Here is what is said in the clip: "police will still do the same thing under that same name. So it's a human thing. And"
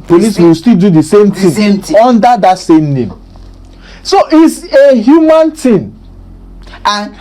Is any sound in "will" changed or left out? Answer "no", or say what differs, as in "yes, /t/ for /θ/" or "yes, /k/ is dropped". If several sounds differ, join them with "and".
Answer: yes, /w/ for /l/